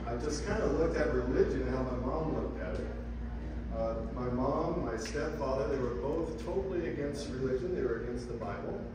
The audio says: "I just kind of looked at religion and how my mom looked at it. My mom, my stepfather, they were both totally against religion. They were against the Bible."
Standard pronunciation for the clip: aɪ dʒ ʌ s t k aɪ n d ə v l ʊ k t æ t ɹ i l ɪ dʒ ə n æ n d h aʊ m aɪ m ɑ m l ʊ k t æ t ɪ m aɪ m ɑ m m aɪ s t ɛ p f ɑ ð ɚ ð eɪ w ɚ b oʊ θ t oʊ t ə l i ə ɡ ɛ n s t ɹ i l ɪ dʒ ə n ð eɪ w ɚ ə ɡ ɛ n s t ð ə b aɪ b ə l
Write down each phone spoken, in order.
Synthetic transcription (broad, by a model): aɪ dʒ ʌ s k aɪ n d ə l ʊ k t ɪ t ɹ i l ɪ dʒ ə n n h aʊ m aɪ m ɑ m l ʊ k t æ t m aɪ m ɑ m m aɪ s t ɛ p f ɑ ð ɚ ð eɪ w ɚ b oʊ θ t oʊ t l i ə ɡ ɛ n s t ɹ i l ɪ dʒ ə n ð eɪ w ɚ ə ɡ ɛ n s t ð ə b aɪ b l